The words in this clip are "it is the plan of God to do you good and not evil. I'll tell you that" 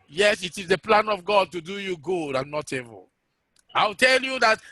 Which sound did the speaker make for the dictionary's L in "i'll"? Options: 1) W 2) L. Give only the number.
1